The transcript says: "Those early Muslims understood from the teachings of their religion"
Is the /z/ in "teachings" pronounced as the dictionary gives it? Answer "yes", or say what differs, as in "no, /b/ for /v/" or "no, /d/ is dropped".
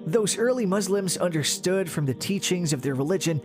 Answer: yes